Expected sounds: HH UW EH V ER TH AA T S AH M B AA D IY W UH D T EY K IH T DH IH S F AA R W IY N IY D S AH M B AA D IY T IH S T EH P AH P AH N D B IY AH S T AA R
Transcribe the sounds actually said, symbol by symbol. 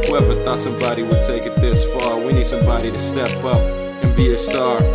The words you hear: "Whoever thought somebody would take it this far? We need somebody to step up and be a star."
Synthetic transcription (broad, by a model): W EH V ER TH AA T S AH M B AA D IY W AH D T EY K IH T DH IH S F AA R W IY N IY D S AH M B AA D IY T IH S T EH P AH P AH N B IY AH S T AA R